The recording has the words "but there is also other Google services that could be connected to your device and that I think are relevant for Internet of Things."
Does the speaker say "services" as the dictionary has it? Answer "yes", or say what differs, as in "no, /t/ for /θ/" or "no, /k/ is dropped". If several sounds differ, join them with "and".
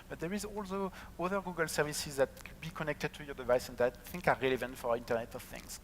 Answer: yes